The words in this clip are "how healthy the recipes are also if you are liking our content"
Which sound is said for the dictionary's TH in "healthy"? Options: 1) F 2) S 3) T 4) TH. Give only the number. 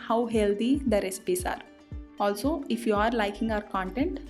3